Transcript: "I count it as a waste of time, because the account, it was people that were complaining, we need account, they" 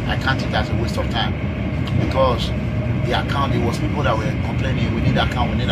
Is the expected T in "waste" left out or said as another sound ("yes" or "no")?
no